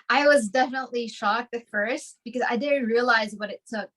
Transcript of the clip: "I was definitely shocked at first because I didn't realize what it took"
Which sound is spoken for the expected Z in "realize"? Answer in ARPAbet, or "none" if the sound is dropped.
Z